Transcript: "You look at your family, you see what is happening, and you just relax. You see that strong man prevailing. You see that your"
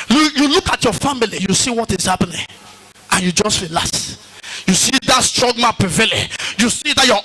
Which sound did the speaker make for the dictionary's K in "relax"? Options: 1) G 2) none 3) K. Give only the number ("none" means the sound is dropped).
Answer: 2